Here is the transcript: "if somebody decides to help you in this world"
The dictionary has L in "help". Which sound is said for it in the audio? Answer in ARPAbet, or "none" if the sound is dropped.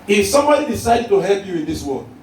L